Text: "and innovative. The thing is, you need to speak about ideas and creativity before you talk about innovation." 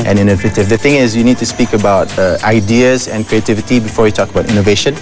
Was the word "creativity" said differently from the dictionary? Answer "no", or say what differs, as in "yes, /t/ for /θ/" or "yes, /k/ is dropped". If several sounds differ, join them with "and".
no